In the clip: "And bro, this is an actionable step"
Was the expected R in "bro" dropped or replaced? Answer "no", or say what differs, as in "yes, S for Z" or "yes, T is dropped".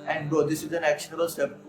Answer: yes, R is dropped